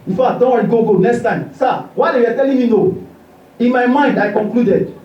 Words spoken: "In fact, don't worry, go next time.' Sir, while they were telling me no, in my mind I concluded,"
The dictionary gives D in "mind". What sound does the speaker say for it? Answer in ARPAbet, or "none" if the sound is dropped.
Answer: D